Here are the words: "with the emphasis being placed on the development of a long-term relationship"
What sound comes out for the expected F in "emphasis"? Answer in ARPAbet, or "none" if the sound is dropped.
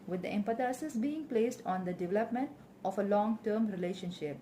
P